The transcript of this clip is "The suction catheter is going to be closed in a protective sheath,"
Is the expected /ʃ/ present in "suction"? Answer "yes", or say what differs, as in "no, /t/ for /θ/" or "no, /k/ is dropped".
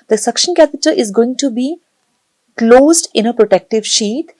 yes